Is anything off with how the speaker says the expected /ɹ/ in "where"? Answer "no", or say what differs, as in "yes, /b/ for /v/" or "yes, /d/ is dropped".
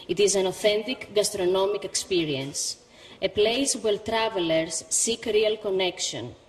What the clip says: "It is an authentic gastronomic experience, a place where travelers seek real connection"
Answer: yes, /l/ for /ɹ/